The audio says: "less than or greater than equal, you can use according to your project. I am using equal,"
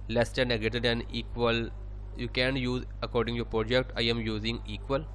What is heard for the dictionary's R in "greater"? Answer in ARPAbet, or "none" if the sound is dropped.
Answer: none